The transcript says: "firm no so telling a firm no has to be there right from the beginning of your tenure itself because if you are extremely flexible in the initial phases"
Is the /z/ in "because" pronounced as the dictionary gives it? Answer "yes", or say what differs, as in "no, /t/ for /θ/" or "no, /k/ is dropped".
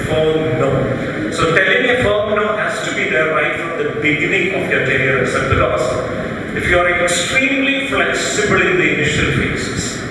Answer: no, /z/ is dropped